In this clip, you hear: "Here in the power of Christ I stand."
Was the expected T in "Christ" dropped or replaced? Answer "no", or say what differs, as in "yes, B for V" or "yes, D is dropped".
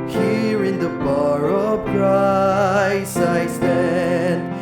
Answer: yes, T is dropped